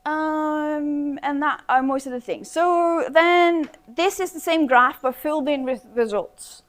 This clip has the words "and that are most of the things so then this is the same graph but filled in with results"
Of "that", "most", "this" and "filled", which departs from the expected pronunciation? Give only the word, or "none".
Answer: none